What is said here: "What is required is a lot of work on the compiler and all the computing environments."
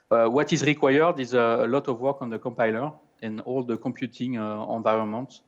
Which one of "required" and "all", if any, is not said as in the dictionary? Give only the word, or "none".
none